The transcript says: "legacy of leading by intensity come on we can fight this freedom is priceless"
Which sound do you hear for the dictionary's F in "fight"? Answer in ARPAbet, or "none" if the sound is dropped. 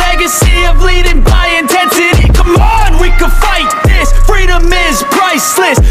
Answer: F